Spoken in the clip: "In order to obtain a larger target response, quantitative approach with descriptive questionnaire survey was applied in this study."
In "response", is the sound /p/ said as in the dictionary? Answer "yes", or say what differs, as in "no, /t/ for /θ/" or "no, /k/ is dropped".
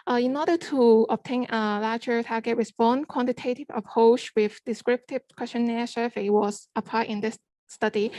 no, /b/ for /p/